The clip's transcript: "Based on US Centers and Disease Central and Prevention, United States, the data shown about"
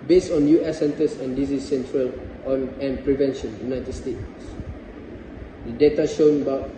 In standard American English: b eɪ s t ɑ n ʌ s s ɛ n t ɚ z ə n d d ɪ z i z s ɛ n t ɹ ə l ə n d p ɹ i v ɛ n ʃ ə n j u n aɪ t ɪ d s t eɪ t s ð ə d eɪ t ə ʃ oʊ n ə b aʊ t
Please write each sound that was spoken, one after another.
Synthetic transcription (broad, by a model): b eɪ s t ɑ n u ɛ s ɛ n t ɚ s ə n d d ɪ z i s ɛ n t ɹ ə l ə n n p ɹ i v ɛ n ʃ ə n j u n aɪ t ɪ d s t eɪ t s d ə d eɪ t ə ʃ oʊ n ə b aʊ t